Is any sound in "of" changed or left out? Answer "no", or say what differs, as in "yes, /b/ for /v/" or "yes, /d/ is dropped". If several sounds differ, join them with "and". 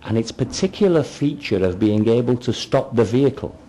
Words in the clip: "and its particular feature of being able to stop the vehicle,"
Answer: no